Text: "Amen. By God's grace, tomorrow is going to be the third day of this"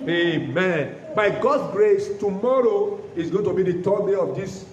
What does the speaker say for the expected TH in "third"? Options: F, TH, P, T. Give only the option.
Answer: T